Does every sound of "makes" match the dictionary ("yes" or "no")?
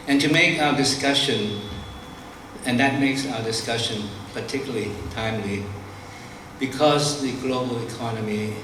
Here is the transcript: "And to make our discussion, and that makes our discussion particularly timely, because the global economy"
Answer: yes